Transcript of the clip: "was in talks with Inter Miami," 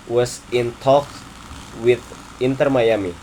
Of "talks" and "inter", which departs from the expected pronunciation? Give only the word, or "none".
talks